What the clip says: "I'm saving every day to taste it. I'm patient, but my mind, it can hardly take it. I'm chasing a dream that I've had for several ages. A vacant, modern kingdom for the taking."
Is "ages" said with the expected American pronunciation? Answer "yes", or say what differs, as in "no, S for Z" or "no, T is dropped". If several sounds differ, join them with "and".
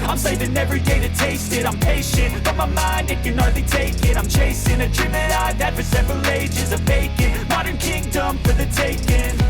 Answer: yes